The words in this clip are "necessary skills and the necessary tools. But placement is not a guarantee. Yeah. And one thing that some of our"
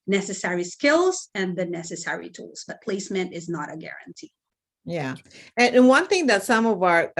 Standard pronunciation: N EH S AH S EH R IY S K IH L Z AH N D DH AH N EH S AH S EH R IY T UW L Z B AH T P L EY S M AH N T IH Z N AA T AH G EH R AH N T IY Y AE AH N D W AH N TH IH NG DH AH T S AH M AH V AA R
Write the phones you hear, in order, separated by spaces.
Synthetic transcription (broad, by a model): N EH S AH S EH R IY S K IH L Z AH N DH AH N EH S AH S EH R IY T UW L Z B AH T P L EY S M AH N T IH Z N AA T AH G EH R AH N T IY Y AE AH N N W AH N TH IH NG DH AH T S AH M AH V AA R